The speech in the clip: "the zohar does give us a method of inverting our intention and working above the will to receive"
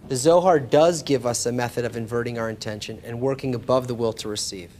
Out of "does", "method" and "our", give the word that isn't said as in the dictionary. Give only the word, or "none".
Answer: none